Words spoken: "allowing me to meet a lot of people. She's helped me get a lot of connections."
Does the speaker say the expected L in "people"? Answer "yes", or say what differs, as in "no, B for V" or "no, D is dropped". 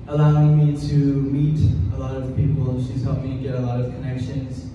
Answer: no, N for L